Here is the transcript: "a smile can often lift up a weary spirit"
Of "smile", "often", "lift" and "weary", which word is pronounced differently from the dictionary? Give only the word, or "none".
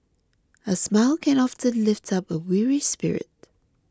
none